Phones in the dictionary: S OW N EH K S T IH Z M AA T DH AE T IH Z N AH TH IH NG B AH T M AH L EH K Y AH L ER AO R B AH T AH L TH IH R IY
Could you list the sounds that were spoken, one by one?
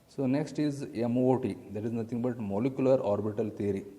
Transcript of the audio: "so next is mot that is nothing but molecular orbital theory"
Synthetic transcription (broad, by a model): S OW N EH K S T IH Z M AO T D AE T IH Z N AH T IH NG B AH T M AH L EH K Y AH L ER AO R B AH T AH L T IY R IY